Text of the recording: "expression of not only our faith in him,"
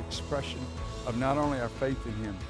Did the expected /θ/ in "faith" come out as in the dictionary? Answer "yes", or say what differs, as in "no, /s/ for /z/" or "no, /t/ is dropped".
yes